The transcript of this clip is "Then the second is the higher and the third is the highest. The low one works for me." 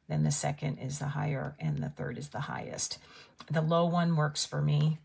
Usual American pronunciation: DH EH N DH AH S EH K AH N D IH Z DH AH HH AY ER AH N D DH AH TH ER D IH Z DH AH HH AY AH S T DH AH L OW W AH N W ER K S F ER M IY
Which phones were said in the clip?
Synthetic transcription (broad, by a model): DH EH N DH AH S EH K AH N D IH Z DH AH HH AY ER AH N DH AH TH ER D IH Z DH AH HH AY AH S T DH AH L OW W AH N W ER K S F ER M IY